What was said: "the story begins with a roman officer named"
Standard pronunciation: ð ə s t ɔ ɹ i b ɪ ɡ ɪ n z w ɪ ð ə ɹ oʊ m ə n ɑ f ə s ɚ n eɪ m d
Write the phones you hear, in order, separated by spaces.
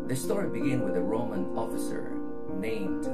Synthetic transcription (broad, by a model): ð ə s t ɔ ɹ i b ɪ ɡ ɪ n w ɪ ð ə ɹ oʊ m ə n ɑ f ə s ɚ n eɪ m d